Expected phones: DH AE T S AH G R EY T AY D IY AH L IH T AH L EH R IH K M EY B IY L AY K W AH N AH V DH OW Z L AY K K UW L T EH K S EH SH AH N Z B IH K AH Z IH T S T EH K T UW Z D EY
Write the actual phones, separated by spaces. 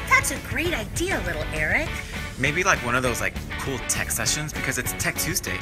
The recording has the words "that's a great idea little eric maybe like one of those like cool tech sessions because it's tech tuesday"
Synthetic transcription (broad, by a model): DH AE T S AH G R EY T AY D IY AH L IH T L EH R IH K M EY B IY L AY K W AH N AH V DH OW Z L AY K K UW L T EH K S EH SH AH N Z B IH K AH Z IH T S T EH K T UW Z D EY